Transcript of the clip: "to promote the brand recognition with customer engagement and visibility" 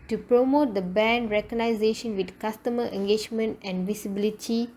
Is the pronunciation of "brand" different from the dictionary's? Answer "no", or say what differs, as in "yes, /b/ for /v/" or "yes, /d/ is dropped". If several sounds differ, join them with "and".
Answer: yes, /ɹ/ is dropped